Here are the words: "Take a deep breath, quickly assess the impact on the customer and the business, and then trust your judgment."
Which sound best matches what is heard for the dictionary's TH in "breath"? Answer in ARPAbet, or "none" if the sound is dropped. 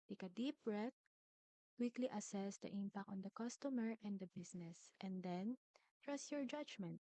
T